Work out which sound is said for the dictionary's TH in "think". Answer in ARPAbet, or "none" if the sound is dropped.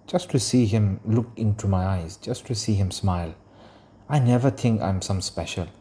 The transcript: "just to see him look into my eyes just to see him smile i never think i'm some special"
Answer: T